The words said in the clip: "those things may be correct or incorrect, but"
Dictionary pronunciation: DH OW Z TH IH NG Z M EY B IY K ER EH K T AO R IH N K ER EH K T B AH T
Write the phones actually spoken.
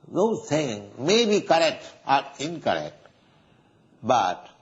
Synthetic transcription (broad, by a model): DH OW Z T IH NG M EY B IY K ER EH K T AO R IH N K ER EH K T B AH T